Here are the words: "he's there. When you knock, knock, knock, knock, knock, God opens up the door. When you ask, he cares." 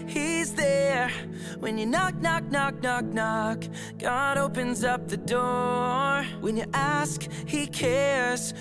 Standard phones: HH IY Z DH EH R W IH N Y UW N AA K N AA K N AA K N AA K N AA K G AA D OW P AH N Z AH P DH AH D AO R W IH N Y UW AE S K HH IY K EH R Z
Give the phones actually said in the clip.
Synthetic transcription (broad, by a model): HH IY Z DH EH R W IH N Y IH N AA K N AA K N AA K N AA K N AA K G AA D OW P AH N Z AH P DH AH D AO R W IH N Y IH AE S K HH IY K EH R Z